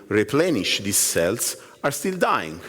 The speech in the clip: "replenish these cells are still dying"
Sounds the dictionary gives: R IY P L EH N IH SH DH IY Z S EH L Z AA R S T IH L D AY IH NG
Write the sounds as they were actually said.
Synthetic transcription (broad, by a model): R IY P L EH N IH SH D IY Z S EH L S AA R S T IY L D AY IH NG